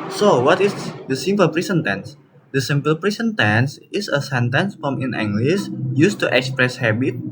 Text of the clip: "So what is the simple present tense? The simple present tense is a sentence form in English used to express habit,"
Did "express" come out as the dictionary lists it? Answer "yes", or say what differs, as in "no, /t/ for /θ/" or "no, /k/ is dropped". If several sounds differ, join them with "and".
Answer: yes